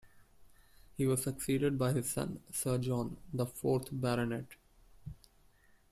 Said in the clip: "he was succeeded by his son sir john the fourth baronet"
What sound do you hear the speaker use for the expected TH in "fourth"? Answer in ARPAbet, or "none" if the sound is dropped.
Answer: T